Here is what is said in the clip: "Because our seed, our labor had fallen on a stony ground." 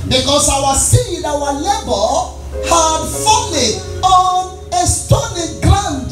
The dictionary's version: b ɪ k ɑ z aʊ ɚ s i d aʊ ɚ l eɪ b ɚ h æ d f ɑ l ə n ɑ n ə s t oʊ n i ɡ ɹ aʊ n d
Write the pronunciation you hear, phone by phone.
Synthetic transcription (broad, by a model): b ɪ k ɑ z aʊ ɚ s i d aʊ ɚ l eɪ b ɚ h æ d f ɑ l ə ɑ n ə s t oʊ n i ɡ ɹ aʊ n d